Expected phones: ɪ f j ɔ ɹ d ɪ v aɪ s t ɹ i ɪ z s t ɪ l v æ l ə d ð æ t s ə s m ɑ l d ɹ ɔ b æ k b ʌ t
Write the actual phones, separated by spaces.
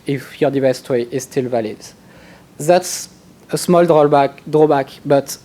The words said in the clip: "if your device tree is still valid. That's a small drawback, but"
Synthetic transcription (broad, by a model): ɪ f j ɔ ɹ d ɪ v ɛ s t w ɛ ɪ z s t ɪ l v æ l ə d ð æ t s ə s m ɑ l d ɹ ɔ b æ k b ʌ t